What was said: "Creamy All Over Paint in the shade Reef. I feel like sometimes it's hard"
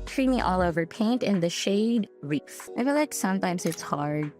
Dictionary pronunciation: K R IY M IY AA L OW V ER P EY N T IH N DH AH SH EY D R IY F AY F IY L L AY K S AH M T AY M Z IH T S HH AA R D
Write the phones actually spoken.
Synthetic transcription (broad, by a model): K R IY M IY AA L OW V ER P EY N T IH N DH AH SH EY D R IY F AY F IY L L AY K S AH M T AY M Z IH T S HH AA R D